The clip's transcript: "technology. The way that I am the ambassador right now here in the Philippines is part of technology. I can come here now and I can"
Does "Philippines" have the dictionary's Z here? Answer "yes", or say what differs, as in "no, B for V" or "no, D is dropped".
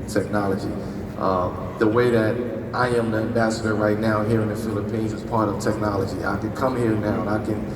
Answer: yes